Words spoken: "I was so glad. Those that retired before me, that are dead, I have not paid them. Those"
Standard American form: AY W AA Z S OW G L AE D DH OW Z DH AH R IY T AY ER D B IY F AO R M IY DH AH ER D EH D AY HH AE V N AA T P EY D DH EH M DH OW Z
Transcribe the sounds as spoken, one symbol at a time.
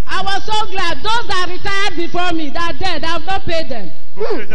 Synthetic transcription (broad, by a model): AY W AA Z S OW G L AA D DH OW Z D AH R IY T AY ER D B IY F AO M IY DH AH D EH D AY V N AA T P EY D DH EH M